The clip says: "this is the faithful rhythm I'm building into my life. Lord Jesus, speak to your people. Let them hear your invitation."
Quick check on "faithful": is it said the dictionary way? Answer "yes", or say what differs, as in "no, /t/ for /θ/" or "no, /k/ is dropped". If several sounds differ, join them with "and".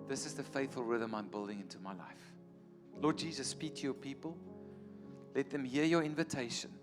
yes